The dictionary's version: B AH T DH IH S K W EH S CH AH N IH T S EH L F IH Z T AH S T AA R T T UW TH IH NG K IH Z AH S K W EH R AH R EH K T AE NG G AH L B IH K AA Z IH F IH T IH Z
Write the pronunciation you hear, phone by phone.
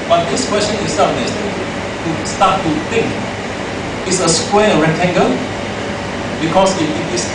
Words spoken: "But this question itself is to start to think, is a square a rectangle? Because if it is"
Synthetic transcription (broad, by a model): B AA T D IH S K W EH S CH AH N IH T S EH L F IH S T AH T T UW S T T UW T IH NG K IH S AH S K W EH AH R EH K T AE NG G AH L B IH K AA S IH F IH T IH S